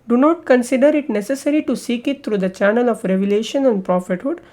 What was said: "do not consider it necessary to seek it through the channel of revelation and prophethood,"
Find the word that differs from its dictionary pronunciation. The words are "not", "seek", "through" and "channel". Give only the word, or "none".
through